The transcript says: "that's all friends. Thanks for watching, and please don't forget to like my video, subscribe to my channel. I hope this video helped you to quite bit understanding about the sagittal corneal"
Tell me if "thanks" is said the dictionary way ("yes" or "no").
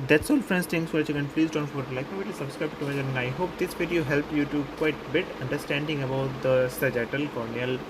no